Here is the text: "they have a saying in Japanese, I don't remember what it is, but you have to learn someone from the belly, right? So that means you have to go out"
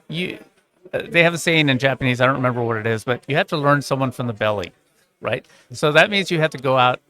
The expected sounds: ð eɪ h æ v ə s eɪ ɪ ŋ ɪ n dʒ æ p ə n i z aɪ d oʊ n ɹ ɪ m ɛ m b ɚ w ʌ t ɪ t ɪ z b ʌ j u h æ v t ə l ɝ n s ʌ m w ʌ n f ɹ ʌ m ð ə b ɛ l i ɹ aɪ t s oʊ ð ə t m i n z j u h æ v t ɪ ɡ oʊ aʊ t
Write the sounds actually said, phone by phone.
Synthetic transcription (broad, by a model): ð eɪ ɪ v ə s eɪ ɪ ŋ ɪ n dʒ æ p ə n i z aɪ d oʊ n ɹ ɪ m ɛ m b ɚ w ʌ t ɪ t ɪ z b ʌ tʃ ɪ h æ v t ə l ɝ n s ʌ m w ʌ n f ɹ ʌ m ð ə b ɛ l i ɹ aɪ t s oʊ ð ə t m i n z j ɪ h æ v t ɪ ɡ oʊ aʊ t